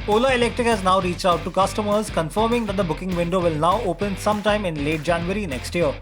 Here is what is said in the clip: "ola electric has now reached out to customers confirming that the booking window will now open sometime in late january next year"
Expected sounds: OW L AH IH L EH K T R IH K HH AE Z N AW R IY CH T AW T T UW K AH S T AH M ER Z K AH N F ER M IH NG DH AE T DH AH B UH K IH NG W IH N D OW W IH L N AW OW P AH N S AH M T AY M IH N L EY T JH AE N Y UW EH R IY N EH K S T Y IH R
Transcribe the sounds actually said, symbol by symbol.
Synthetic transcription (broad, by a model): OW L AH IH L EH K T R IH K HH AE Z N AW R IY CH T AW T T UW K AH S T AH M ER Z K AH N F ER M IH NG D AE T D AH B UH K IH NG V IH N D OW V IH L N AW OW P AH N S AH M T AY M IH N L EY T JH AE N Y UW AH R IY N EH K S T Y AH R